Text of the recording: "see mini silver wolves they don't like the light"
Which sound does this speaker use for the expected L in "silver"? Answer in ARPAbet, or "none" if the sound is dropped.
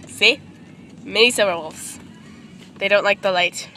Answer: none